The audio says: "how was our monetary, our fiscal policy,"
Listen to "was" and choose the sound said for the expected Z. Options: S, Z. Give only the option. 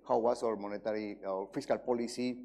S